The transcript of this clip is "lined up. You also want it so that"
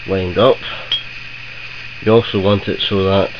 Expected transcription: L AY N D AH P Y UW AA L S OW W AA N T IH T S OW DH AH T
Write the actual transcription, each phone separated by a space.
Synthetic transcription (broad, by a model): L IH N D AH P Y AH AA L S OW W AA N T IH T S OW DH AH T